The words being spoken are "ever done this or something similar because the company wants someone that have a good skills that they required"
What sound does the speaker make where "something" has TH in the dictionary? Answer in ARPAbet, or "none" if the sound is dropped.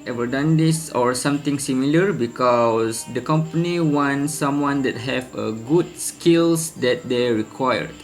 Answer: T